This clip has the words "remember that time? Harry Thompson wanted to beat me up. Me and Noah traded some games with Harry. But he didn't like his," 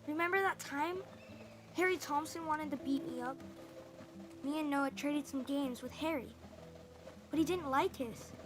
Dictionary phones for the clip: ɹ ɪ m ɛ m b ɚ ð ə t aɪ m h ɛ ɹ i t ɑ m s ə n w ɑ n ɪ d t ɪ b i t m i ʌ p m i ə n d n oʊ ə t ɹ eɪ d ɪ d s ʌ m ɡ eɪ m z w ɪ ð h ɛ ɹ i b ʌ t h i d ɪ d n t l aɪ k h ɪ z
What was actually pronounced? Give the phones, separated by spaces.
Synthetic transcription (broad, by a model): ɹ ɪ m ɛ m b ɚ ð ə t aɪ m h ɛ ɹ i t ɑ m s ə n w ɑ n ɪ d t ɪ b i t m i ʌ p m i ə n n oʊ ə t ɹ eɪ d ɪ d s ʌ m ɡ eɪ m z w ɪ ð h ɛ ɹ i b ʌ t h i d ɪ d n t l aɪ k h ɪ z